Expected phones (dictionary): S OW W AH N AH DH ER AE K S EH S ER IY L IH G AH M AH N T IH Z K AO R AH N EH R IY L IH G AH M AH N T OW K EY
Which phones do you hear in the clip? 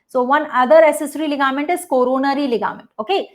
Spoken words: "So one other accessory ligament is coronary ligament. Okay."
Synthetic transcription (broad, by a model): S OW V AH N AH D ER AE S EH S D IY L IH G AH M AH N T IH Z K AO R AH N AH R IY L IH G AH M AH N T OW K EY